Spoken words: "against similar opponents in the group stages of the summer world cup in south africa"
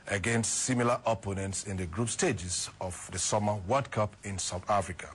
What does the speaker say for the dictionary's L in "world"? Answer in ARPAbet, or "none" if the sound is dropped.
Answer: none